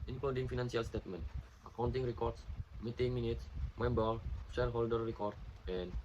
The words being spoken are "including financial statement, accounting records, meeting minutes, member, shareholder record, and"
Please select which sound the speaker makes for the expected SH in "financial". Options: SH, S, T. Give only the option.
S